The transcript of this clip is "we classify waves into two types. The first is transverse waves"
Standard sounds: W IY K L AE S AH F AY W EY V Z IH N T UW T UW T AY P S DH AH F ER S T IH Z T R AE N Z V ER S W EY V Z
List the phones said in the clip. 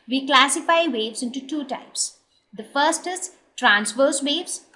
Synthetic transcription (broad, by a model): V IY K L AE S AH F AY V EY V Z IH N T UW T UW T AY P S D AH F ER S T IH S T R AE N S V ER S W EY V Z